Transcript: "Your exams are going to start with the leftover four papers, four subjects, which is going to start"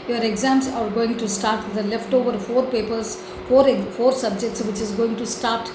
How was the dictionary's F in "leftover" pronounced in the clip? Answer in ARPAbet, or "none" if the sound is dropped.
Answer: F